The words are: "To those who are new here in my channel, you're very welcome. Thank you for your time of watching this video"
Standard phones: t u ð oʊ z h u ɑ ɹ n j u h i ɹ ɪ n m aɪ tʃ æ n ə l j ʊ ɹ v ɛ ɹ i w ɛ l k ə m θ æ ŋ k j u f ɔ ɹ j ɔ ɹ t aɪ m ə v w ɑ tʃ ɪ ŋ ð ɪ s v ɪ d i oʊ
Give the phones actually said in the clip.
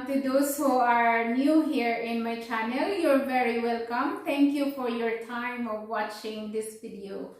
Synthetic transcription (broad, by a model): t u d oʊ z h u ɑ ɹ n j u h i ɹ ɪ n m aɪ tʃ æ n ə l j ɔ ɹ v ɛ ɹ i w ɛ l k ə m t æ ŋ k j u f ɔ ɹ j ɔ ɹ t aɪ m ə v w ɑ tʃ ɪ ŋ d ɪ s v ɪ d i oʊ